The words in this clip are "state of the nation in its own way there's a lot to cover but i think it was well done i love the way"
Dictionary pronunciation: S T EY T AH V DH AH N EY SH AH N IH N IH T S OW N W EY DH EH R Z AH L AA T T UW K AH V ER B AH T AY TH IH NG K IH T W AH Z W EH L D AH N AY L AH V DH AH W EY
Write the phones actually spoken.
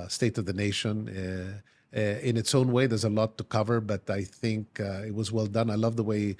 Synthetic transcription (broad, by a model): S T EY T AH V DH AH N EY SH AH N IH N IH T S OW N W EY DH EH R Z AH L AA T T UW K AH V ER B AH T AY TH IH NG K IH T W AH Z W EH L D AH N AY L AH V DH AH W EY